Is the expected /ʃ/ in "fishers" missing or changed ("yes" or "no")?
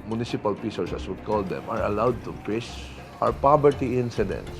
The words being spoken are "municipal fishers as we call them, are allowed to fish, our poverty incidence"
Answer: yes